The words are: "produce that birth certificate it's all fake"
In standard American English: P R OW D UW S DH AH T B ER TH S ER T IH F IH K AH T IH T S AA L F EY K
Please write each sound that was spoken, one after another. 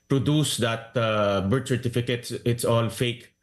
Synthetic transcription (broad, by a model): P R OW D UW S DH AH T B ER T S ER T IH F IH K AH T IH T S AA L F EY K